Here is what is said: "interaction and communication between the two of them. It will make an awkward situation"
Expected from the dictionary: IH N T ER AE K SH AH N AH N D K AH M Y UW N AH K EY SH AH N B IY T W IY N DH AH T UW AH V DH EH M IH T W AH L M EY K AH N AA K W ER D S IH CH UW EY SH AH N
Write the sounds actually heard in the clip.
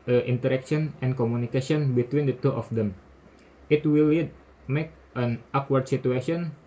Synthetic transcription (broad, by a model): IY N T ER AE K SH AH N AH N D K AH M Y UW N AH K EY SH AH N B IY T W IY N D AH T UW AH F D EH M IH T W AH L M EY K AH N AA K W ER D S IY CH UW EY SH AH N